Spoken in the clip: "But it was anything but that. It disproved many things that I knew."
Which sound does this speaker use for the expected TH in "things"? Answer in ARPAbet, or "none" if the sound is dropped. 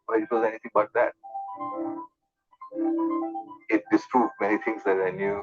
T